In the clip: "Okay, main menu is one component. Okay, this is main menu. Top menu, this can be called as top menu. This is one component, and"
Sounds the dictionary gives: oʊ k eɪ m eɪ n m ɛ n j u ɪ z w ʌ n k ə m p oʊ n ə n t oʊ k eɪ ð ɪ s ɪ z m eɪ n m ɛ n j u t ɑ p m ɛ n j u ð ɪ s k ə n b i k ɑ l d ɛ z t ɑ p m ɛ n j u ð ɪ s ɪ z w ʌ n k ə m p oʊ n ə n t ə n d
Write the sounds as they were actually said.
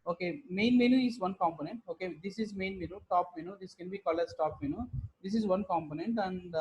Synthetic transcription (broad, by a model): oʊ k eɪ m eɪ n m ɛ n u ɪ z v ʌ n k ə m p oʊ n ə n t oʊ k eɪ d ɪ s ɪ z m eɪ n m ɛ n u t ɑ p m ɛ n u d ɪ s k ə n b i k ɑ l ɛ s t ɑ p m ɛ n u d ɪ s ɪ z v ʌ n k ə m p oʊ n ə n t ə n d